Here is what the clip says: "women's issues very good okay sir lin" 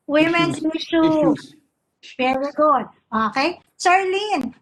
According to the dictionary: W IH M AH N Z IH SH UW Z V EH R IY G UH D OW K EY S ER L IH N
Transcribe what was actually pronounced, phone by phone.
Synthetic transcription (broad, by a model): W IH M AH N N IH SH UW V EH R IY G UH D OW K EY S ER L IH N